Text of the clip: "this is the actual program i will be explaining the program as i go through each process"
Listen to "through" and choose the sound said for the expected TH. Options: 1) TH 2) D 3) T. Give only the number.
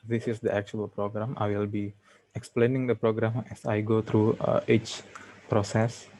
3